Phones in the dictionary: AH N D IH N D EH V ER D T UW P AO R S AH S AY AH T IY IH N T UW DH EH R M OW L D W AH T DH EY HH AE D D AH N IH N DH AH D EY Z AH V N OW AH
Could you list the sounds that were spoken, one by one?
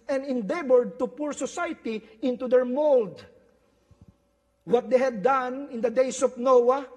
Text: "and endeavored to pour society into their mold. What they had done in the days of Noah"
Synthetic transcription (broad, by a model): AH N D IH N D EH B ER D T UW P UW R S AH S AY T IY IH N T UW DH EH R M OW L D W AH T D EY HH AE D D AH N IH N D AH D EY S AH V N OW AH